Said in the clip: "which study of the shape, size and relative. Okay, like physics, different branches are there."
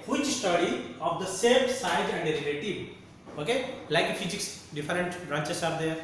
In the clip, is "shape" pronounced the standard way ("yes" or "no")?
no